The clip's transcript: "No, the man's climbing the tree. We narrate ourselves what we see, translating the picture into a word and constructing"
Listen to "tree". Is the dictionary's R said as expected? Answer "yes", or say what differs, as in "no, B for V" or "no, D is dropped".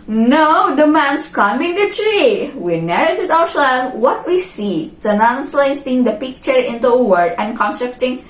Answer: yes